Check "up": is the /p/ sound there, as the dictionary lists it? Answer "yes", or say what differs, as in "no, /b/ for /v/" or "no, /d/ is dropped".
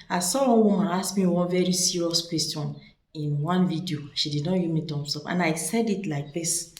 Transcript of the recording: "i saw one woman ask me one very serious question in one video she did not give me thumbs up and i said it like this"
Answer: no, /f/ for /p/